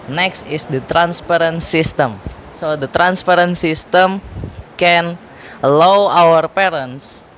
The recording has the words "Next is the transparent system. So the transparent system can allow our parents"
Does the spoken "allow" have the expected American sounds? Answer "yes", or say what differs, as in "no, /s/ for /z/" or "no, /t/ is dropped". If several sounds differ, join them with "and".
no, /w/ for /l/